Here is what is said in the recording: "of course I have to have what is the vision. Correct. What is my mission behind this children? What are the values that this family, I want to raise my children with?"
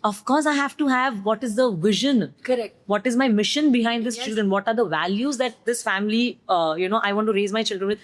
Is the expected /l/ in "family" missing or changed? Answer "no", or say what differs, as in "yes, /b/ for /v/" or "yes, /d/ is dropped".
yes, /n/ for /l/